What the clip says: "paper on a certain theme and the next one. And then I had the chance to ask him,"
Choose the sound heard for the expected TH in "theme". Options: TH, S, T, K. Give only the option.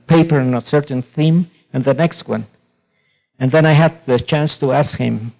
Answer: TH